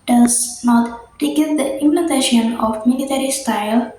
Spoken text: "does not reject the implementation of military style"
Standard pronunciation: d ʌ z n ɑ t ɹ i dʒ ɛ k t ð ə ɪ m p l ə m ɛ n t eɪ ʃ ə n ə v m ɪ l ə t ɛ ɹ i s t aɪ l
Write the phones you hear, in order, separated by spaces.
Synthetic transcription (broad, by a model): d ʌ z n ɑ t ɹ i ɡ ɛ t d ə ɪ m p l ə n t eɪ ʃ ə n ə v m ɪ l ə t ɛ ɹ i s t aɪ l